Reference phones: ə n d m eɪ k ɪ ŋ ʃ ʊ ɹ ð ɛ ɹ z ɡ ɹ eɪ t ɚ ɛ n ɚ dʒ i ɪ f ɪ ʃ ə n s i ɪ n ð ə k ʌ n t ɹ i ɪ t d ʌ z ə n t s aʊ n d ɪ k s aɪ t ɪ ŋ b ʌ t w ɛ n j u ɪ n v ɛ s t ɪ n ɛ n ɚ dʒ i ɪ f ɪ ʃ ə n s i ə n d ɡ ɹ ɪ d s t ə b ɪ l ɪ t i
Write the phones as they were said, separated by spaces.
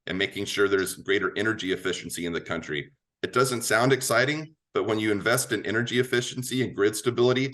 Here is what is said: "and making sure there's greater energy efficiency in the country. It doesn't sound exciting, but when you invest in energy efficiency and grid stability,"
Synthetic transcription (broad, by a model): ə n m eɪ k ɪ ŋ ʃ ʊ ɹ ð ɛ ɹ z ɡ ɹ eɪ t ɚ ɛ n ɚ dʒ i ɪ f ɪ ʃ n s i ɪ n ð ə k ʌ n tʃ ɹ i ɪ t d ʌ z ə n t s aʊ n d ɪ k s aɪ t ɪ ŋ b ʌ t w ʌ n j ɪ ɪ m v ɛ s t ɪ n ɛ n ɚ dʒ i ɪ f ɪ ʃ n s i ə n ɡ ɹ ɪ d s t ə b ɪ l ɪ t i